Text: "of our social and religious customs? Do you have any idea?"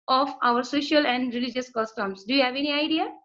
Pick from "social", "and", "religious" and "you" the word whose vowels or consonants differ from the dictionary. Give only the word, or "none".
none